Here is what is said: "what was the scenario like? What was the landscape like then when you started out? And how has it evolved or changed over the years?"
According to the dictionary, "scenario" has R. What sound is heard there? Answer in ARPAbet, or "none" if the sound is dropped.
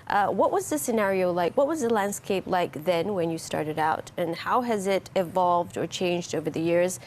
R